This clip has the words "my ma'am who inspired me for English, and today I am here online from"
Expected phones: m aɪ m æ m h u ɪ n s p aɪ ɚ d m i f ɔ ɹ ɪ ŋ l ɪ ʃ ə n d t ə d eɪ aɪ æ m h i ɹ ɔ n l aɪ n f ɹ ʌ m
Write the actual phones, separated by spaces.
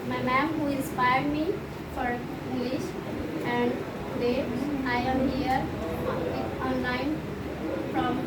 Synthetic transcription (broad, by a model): m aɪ m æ m h u ɪ n s p aɪ ɚ d m i f ɔ ɹ ɪ ŋ l ɪ ʃ ə n d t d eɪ aɪ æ m h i ɹ ɔ n l aɪ n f ɹ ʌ m